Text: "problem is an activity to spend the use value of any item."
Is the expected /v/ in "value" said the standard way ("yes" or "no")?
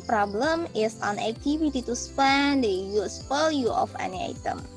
no